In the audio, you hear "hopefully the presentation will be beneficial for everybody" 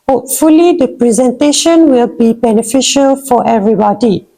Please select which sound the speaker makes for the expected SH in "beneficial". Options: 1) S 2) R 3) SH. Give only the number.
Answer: 3